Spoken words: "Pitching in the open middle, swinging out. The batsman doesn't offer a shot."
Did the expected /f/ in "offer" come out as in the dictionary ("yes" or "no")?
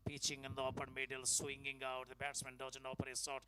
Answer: no